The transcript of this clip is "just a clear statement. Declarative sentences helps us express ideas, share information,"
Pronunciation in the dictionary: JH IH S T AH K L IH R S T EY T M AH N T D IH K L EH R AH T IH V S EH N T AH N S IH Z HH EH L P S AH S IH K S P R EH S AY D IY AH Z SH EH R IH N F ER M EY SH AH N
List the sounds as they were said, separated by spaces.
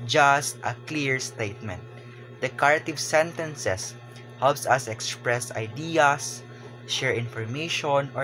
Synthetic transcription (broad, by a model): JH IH S T AH K L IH R S T EY T M AH N T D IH K AA R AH T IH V S EH N T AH N S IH S HH EH L P S AH S IH K S P R EH S AY D IY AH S SH EH R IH N F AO M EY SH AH N